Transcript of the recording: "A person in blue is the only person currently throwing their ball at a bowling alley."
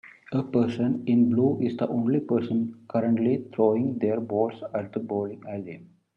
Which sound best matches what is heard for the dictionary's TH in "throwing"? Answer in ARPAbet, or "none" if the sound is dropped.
T